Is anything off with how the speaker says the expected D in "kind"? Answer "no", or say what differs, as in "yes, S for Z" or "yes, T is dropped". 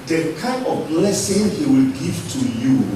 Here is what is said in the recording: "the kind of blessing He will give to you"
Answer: yes, D is dropped